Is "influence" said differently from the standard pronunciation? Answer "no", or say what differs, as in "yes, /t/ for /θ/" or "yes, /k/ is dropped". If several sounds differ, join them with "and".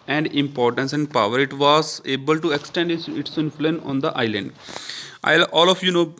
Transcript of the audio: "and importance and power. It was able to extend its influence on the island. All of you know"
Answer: yes, /s/ is dropped